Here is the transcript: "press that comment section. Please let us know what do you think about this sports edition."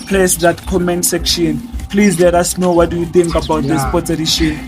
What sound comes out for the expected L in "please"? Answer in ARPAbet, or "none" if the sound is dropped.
L